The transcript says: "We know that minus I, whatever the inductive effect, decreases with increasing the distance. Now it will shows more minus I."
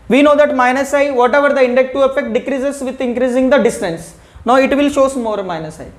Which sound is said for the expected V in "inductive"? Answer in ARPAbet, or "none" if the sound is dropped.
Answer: none